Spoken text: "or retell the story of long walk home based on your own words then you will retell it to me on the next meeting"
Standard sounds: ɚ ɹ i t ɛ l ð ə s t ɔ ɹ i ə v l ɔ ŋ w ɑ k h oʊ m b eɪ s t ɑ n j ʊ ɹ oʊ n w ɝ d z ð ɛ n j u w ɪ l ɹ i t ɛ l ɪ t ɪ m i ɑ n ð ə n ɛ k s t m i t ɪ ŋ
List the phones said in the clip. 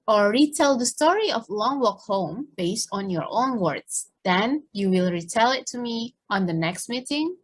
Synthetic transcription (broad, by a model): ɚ ɹ i t ɛ l ð ə s t ɔ ɹ i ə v l ɔ ŋ w ɑ k h oʊ m b eɪ s t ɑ n j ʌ ɹ oʊ n w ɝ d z ð ɛ n j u w ɪ l ɹ i t ɛ l ɪ t ɪ m i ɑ n ð ə n ɛ k s t m i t ɪ ŋ